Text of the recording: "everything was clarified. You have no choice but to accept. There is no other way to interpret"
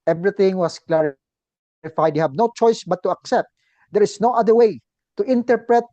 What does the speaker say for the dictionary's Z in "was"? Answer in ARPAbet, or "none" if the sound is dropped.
S